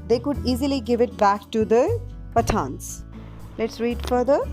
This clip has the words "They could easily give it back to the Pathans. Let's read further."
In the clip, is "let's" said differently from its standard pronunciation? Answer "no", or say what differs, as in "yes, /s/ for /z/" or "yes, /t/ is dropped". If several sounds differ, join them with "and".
no